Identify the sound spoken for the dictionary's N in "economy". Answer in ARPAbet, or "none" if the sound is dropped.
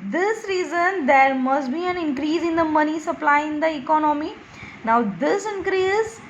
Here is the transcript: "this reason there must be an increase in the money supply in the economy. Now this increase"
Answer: N